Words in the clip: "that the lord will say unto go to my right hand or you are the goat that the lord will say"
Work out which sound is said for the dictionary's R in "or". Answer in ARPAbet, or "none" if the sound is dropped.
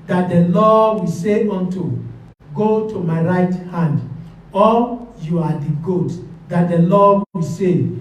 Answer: L